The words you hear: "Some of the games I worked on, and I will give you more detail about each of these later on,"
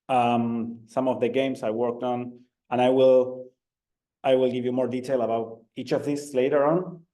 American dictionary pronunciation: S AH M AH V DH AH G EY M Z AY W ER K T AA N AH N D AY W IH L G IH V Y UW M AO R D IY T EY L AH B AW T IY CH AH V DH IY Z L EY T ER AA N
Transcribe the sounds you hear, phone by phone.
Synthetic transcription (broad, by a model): S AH M AH V DH AH G EY M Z AY W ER K T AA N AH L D AY W IH L G IH V Y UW M AO R D IY T EY L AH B AW T IY CH AH V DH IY S L EY T ER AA N